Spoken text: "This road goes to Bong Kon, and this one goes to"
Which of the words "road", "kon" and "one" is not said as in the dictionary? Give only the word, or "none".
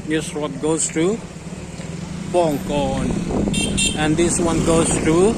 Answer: road